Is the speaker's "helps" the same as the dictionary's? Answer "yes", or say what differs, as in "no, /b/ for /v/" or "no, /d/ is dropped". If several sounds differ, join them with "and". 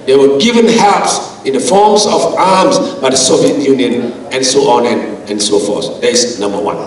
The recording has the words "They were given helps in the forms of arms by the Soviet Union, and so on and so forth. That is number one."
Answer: no, /l/ is dropped